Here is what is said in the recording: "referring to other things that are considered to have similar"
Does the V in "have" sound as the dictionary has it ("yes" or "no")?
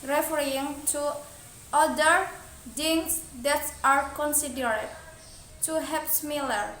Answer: no